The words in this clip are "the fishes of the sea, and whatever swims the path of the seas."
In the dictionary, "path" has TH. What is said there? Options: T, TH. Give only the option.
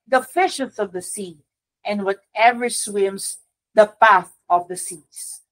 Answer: TH